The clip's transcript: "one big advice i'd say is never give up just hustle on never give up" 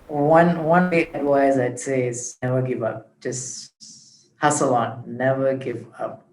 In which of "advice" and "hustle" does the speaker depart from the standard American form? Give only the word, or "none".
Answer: advice